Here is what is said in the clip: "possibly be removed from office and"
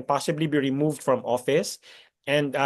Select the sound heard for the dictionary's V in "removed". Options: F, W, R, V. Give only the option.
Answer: V